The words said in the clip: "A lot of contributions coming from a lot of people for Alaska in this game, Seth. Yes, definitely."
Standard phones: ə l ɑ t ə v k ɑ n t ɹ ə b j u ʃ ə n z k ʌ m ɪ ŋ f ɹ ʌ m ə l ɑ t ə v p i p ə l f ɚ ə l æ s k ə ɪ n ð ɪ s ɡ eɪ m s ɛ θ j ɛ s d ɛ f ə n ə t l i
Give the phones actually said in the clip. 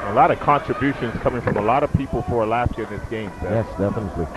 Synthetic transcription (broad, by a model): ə l ɑ t ə v k ɑ n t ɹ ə b j u ʃ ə n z k ʌ m ɪ ŋ f ɹ ʌ m ə l ɑ t ə v p i p l f ɚ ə l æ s ə ɪ n ð ɪ s ɡ eɪ m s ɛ j ɛ s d ɛ f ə n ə t l i